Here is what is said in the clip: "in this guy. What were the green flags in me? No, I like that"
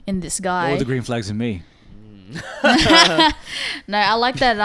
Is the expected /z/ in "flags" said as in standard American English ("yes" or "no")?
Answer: yes